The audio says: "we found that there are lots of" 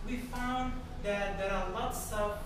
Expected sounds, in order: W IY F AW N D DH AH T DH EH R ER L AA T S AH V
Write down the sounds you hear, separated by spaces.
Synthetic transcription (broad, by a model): W IY F AW N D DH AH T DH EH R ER L AA T S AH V